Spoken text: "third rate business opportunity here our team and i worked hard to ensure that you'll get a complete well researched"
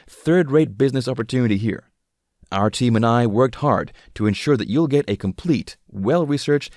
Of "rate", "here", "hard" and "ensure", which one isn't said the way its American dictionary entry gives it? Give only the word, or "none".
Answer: none